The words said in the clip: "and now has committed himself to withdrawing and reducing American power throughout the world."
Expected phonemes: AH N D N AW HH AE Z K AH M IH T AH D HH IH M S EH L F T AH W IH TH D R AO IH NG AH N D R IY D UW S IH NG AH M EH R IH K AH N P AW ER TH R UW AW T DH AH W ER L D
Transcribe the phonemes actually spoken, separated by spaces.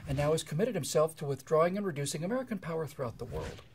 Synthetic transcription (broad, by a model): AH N N AW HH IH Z K AH M IH T AH D HH IH M S EH L F T AH W IH TH D R AO IH NG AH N R IY D UW S IH NG AH M EH R IH K AH N P AW ER TH R UW AW T DH AH W ER L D